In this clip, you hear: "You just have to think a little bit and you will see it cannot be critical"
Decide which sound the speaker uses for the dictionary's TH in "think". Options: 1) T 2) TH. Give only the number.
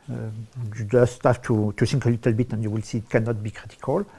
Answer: 1